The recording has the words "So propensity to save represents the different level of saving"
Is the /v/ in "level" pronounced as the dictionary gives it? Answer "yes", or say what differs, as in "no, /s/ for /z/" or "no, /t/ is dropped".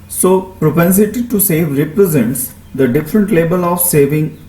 no, /b/ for /v/